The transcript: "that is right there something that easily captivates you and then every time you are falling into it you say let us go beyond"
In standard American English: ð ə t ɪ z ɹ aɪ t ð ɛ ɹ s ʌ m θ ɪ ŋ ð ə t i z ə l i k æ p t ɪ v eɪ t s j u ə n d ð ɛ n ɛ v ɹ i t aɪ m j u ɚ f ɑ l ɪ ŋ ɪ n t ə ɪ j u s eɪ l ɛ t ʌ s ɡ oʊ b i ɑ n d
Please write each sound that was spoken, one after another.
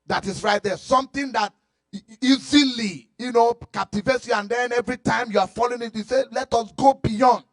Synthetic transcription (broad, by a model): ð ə t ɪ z ɹ aɪ t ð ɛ s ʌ m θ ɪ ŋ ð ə t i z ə l i k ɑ p t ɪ v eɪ t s j u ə n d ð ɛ n ɛ v ɹ i t aɪ m j u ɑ f ɑ l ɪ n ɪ t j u s eɪ l ɛ t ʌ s ɡ oʊ b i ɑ n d